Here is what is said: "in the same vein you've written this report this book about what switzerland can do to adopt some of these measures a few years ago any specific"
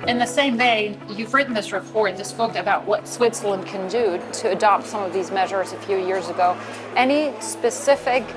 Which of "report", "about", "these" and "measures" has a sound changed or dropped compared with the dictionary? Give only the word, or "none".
none